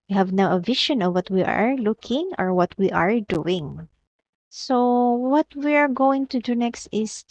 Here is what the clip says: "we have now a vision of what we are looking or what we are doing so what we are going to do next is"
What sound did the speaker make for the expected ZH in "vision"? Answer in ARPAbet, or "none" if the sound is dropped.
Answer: SH